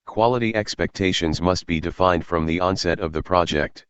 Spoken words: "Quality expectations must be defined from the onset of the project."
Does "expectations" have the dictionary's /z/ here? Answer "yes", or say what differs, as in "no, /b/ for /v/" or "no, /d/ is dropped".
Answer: yes